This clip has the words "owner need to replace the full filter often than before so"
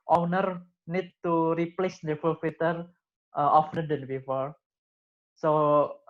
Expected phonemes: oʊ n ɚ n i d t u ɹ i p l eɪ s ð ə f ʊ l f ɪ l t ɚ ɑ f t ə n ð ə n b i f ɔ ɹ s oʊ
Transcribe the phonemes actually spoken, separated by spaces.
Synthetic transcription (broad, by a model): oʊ n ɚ n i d t u ɹ i p l eɪ s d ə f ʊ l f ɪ t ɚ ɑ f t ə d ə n b i f ɔ ɹ s oʊ